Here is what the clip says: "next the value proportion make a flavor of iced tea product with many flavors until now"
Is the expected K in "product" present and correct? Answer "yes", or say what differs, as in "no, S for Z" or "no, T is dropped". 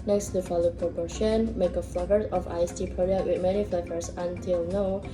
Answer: no, K is dropped